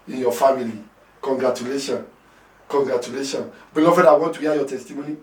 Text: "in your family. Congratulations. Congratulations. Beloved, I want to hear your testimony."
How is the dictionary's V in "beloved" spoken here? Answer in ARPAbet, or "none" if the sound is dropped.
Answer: F